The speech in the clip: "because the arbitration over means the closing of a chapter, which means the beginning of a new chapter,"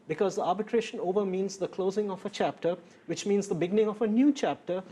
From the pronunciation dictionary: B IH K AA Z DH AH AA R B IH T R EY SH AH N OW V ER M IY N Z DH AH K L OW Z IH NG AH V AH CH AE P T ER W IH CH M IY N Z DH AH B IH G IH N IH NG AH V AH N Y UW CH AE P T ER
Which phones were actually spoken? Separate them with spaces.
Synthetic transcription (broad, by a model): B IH K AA Z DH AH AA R B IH T R EY SH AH N OW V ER M IY N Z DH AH K L OW Z IH NG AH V AH CH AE P T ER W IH CH M IY N Z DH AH B IH G IH N IH NG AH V AH N Y UW CH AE P T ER